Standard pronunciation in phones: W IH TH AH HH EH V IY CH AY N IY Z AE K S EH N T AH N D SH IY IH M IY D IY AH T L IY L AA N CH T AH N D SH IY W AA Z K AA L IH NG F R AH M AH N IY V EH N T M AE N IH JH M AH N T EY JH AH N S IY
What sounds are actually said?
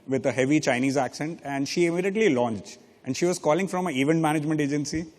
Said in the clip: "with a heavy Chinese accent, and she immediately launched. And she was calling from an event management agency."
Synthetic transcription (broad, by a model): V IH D AH HH EH V IY CH AY N IY Z AE K S EH N T AH N D SH IY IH M IY D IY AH T L IY L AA N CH T AH N D SH IY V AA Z K AA L IH NG F R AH M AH IY V EH N T M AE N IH JH M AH N T EY JH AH N S IY